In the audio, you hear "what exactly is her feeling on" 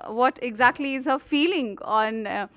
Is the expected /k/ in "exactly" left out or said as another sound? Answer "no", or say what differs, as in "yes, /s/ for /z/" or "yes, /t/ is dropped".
no